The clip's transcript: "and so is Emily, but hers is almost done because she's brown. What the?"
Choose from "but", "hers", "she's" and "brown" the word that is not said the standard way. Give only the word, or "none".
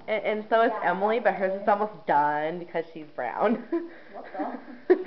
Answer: none